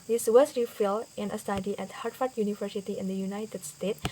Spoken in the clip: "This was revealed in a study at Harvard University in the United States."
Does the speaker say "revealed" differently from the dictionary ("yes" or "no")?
yes